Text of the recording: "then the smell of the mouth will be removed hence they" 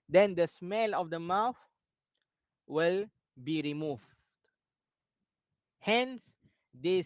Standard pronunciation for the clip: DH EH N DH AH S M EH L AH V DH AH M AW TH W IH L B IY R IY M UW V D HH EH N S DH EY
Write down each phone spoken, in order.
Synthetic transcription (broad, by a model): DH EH N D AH S M EH L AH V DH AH M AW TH W IH L B IY R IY M UW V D HH EH N S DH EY